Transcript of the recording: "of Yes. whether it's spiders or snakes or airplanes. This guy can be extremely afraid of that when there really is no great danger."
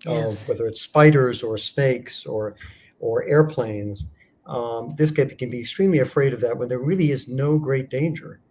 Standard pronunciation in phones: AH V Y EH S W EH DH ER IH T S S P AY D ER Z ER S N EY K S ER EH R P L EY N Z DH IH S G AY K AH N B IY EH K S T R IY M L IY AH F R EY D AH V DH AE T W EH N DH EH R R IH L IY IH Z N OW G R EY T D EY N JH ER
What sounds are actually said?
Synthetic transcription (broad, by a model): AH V W EH DH ER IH T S S P AY D ER Z ER S N EY K S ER EH R P L EY N Z DH IH S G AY K AH N B IY EH K S T R IY M L IY AH F R EY D AH V DH AE T W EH N DH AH R R IH L IY IH Z N OW G R EY T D EY N JH ER